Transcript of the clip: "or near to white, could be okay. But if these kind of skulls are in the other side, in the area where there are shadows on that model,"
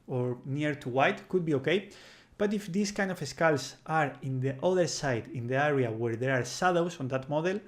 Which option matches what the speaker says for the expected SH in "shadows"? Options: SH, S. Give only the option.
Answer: S